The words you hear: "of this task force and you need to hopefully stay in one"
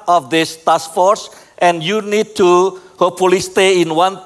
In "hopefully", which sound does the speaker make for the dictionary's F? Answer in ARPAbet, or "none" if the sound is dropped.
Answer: none